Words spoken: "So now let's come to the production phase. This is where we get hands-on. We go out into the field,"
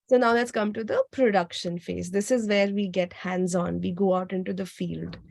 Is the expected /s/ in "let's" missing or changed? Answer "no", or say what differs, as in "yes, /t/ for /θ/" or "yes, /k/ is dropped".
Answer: no